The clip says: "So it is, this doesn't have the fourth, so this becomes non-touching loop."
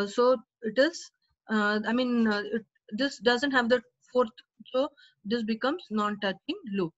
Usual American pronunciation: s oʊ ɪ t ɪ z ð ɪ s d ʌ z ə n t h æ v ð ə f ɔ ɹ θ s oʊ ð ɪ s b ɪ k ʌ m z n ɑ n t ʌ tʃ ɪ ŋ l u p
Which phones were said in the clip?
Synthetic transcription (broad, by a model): s oʊ ɪ t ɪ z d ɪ s d ʌ z ə n t h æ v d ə f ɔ ɹ t s oʊ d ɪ s b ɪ k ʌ m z n ɑ n t ʌ tʃ ɪ ŋ l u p